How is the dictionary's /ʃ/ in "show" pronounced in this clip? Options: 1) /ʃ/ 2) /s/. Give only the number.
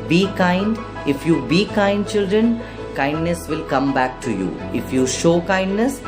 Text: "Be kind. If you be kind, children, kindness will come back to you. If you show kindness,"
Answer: 1